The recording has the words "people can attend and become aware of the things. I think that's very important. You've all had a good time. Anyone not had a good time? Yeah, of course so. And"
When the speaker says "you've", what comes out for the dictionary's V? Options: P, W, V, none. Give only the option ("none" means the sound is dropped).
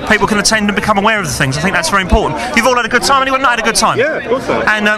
V